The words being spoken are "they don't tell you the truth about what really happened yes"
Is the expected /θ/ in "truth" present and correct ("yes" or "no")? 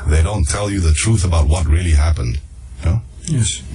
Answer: yes